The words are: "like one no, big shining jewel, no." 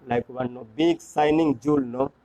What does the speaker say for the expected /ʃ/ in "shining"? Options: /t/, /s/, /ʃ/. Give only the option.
/s/